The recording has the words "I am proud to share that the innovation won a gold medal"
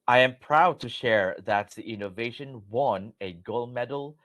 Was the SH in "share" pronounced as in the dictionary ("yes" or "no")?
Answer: yes